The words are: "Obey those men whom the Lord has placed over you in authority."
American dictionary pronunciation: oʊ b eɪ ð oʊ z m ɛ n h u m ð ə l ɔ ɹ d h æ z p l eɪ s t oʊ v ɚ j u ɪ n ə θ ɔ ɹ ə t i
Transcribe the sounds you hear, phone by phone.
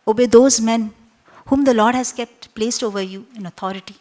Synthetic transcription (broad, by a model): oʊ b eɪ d oʊ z m ɛ n h u m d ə l ɔ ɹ d h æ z p l eɪ s t oʊ v ɚ j u ɪ n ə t ɔ ɹ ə t i